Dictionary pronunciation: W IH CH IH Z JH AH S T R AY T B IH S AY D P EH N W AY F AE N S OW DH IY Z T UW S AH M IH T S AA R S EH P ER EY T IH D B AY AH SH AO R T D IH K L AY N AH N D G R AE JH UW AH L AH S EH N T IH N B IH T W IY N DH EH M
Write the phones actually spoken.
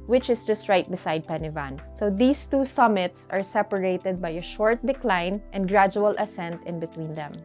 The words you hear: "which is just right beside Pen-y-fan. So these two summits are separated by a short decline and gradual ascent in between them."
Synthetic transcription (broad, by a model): W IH CH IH S JH AH S T R AY T B IH S AY D P EH N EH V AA N S OW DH IY S T UW S AH M IH T S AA R S EH P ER EY T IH D B AY AH SH AO R T D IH K L AY N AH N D G R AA JH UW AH L AH S EH N T IH N B IH T W IY N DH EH M